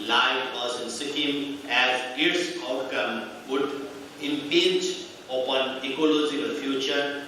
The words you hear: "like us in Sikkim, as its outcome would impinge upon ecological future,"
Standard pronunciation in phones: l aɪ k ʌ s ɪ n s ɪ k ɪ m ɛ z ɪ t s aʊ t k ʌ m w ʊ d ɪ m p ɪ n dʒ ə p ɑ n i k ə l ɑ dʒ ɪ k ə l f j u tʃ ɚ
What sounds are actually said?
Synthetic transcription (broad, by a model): l aɪ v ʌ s ɪ n s ɪ k ɪ m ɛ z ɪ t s aʊ t k ʌ m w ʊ d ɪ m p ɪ dʒ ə p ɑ n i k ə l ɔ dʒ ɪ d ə f j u tʃ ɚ